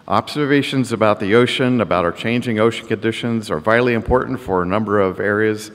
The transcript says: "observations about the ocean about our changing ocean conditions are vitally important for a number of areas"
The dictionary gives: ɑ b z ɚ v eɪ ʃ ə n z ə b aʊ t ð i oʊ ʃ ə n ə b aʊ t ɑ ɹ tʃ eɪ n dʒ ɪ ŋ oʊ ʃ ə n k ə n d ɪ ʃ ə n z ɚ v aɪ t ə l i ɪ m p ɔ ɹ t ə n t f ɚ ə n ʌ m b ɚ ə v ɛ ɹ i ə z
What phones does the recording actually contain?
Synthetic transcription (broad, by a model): ɑ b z ɚ v eɪ ʃ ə n z ə b aʊ t ð i oʊ ʃ ə n ə b aʊ t ɑ ɹ tʃ eɪ n dʒ ɪ ŋ oʊ ʃ n k ə n d ɪ ʃ ə n z ɚ v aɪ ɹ l i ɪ m p ɔ ɹ t n t f ɚ ə n ʌ m b ɚ ə v ɛ ɹ i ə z